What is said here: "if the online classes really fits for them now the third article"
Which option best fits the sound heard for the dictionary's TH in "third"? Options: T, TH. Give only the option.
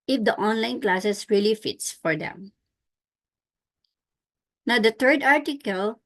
T